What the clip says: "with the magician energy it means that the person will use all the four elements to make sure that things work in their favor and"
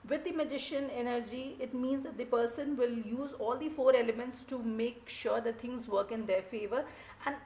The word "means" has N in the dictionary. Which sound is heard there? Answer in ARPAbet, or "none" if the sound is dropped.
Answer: N